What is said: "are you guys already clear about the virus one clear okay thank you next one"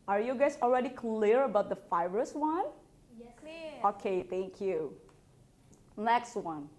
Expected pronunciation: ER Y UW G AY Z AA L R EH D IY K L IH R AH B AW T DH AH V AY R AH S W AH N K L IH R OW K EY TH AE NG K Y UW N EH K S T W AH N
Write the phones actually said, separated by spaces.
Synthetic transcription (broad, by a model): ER Y UW G AY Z AA L R EH D IY K L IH R AH B AW T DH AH F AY R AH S W AH N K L OW K EY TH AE NG K Y UW N EH K S T W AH N